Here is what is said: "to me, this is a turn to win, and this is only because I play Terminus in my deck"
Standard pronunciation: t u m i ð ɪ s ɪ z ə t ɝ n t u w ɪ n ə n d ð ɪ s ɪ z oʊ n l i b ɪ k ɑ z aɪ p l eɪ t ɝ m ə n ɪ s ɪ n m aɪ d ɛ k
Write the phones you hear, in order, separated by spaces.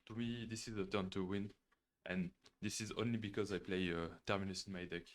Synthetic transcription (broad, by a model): t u m i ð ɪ s ɪ z ə t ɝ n t u w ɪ n ə n d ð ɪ s ɪ z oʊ n l i b ɪ k ɑ z aɪ p l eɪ t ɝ m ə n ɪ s ɪ n m aɪ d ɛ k